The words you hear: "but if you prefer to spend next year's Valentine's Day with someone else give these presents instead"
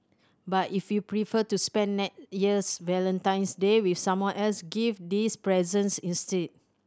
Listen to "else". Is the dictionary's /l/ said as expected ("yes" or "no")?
yes